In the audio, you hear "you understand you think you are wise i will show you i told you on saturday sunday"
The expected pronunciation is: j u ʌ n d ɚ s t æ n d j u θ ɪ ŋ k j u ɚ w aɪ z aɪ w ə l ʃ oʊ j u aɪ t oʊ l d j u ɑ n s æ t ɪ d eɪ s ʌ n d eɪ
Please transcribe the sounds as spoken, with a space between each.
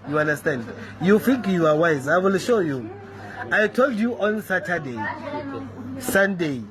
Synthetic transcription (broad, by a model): j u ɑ n d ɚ s t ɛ n d j u f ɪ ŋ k j u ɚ w aɪ z aɪ w ə l ʃ oʊ j u aɪ t oʊ l d j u ɑ n s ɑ t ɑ d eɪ s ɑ n d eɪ